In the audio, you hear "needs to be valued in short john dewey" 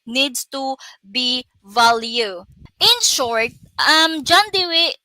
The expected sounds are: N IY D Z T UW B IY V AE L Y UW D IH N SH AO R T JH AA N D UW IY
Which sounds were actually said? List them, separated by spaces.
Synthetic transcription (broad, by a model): N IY D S T UW B IY V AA L Y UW IH N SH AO R T JH AA N D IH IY